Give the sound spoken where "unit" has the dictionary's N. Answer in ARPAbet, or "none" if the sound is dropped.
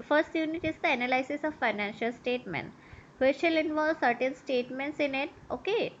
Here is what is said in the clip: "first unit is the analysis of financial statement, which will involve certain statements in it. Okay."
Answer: N